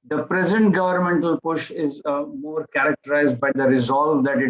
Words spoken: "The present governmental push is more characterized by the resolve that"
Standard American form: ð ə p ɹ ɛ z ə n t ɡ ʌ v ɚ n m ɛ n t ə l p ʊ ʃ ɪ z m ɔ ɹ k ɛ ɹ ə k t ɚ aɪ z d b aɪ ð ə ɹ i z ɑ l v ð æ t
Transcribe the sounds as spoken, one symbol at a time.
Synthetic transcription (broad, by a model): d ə p ɹ ɛ z ə n t ɡ ʌ v ɚ n m ɛ n t ə l p ʊ ʃ ɪ z m ɔ ɹ k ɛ ɹ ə k t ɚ aɪ z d b aɪ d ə ɹ i z ɑ l v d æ t